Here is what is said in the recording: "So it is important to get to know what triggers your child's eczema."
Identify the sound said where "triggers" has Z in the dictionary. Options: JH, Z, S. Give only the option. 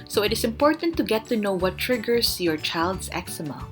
S